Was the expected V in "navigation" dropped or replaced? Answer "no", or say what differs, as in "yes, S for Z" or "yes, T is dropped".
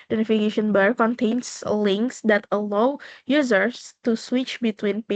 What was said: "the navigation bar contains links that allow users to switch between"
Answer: yes, F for V